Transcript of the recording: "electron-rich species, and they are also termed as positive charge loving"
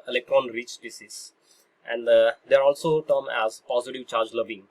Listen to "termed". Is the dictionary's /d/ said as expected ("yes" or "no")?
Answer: no